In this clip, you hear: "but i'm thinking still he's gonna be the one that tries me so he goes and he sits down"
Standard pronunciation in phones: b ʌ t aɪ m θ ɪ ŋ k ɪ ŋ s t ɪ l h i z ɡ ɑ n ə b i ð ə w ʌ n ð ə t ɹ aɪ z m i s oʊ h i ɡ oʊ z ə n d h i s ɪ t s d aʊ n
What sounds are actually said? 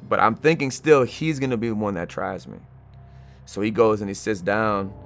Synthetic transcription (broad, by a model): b ʌ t aɪ m θ ɪ ŋ k ɪ ŋ s t ɪ l h i z ɡ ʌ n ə b i w ʌ n ð ə t ɹ aɪ z m i s oʊ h i ɡ oʊ z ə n i s ɪ t s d aʊ n